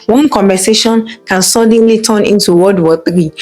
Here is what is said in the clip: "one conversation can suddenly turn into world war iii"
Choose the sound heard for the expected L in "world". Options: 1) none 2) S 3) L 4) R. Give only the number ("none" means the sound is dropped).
1